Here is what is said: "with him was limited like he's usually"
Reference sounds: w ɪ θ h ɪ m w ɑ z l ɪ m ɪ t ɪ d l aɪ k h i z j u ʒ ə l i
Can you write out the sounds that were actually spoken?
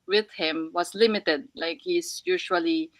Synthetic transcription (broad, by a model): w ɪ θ h ɪ m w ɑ s l ɪ m ɪ t ɪ d l aɪ k h i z j u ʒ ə l i